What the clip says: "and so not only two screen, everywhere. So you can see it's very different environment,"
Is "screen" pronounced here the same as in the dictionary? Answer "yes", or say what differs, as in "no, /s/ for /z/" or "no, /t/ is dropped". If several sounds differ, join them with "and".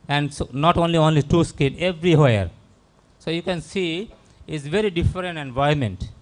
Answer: no, /ɹ/ is dropped